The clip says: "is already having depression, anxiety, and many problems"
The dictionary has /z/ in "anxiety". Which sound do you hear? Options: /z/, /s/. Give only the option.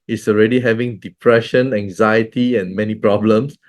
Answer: /z/